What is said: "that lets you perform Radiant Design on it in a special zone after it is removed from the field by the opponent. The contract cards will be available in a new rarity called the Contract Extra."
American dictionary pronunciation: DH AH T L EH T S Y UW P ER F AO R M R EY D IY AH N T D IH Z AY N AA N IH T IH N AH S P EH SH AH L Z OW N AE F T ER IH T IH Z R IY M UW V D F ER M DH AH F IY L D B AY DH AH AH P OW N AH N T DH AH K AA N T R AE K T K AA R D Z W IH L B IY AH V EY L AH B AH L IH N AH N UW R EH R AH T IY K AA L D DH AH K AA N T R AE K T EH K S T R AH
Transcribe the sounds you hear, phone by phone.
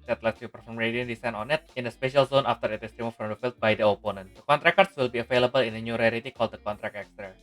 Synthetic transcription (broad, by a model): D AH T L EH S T Y UW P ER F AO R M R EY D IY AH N D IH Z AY N AA N IH T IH N AH S P EH SH AH L Z OW N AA F T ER IH T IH S R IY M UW F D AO M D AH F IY L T B AY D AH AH P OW N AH N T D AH K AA N T R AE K K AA R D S W IH L B IY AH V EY L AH B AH L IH N AH N UW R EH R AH T IY K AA L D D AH K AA N T R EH K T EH K S T R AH